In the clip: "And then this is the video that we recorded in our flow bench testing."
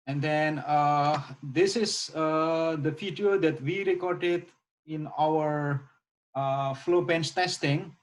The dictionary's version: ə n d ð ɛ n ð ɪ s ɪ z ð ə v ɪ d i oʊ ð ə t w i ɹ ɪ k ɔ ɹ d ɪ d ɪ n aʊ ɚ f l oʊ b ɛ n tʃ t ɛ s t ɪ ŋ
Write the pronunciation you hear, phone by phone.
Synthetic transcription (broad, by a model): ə n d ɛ n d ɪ s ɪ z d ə f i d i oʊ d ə t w i ɹ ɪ k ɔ ɹ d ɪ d ɪ n aʊ ɚ f l oʊ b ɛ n s t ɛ s t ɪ ŋ